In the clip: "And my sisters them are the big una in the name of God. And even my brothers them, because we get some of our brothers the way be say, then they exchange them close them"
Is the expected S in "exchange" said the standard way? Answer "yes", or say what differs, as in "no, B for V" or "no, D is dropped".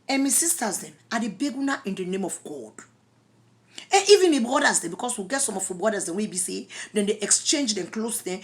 yes